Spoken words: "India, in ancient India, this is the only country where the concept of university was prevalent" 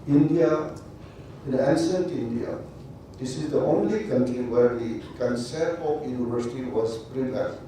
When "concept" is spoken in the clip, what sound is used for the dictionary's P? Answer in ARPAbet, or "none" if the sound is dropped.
none